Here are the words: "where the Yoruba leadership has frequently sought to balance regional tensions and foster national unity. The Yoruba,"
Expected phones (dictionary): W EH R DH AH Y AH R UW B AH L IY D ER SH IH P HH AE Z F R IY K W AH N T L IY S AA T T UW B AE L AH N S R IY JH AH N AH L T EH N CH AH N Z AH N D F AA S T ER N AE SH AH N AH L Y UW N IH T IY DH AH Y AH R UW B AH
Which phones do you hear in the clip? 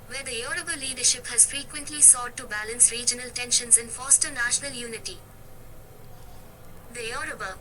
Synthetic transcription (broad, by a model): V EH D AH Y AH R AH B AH L IY D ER SH IH P HH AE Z F R IY K W AH N T L IY S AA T T UW B AE L AH N S R IY JH AH N AH L T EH N SH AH N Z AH N F AA S T ER N AE SH AH N AH L Y UW N IH T IY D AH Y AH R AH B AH